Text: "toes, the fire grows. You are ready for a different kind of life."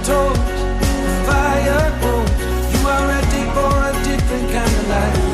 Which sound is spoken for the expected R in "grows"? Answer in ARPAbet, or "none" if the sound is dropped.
none